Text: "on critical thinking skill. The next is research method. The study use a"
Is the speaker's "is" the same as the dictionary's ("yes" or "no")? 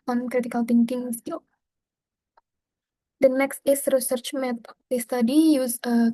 no